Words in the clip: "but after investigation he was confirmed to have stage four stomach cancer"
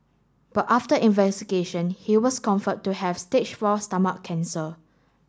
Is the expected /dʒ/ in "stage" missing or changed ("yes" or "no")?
yes